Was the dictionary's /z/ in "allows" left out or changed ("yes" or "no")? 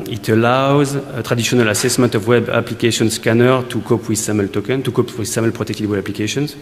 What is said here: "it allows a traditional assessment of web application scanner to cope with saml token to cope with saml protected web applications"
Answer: no